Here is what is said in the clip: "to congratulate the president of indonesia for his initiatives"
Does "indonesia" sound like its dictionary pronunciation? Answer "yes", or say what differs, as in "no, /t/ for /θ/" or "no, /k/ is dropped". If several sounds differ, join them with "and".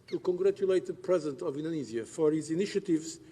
no, /z/ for /ʒ/